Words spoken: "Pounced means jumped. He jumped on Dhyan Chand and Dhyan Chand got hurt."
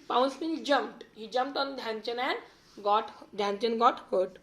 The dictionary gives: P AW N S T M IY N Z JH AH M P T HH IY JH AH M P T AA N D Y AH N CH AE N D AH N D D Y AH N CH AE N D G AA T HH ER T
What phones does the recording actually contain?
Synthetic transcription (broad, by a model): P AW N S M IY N JH AH M P T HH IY JH AH M P T AA N D Y AH N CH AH N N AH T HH D Y AH N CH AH N G AA T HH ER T